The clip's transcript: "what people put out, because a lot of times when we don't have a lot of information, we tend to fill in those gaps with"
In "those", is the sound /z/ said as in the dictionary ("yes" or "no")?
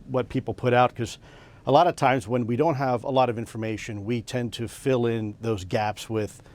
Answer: yes